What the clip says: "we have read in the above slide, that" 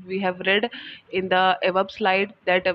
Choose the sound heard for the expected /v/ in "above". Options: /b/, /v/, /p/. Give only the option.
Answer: /b/